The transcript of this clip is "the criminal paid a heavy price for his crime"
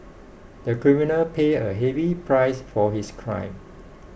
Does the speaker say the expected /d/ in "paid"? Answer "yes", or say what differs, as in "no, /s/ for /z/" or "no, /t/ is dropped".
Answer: no, /d/ is dropped